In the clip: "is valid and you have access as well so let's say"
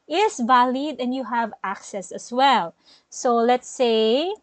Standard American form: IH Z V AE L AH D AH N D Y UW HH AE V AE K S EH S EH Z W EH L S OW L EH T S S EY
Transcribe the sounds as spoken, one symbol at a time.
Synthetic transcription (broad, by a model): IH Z V AE L AH D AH N Y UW HH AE V AE K S EH S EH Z W EH L S OW L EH T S S EY